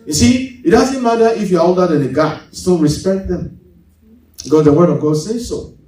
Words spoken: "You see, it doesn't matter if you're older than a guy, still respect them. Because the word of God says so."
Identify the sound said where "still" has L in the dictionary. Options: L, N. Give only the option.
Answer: N